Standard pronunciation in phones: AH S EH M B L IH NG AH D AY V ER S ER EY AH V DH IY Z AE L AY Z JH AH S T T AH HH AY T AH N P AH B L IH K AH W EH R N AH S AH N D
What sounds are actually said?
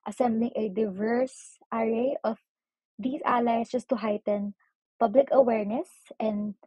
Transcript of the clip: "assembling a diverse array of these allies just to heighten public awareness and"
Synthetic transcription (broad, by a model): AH S EH M B L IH NG AH D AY V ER S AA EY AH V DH IY S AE L AY S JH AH S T T AH HH AY T AH N P AH B L IH K AH W EH R N AH S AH N D